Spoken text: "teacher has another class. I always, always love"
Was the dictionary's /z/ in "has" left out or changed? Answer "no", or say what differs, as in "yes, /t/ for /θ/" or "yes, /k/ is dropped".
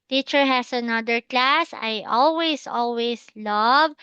yes, /s/ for /z/